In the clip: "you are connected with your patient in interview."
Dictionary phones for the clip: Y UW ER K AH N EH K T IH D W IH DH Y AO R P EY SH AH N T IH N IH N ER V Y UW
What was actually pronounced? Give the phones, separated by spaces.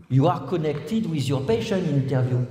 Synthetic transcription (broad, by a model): Y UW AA K AH N EH K T IH D W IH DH Y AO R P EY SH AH N IH N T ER V Y UW